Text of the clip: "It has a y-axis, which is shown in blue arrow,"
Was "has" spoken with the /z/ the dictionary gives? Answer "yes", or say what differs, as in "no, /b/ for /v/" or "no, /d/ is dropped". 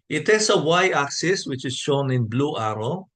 no, /s/ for /z/